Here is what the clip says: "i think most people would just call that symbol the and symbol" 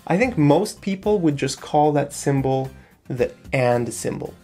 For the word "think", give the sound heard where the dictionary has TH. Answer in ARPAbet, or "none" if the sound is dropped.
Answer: TH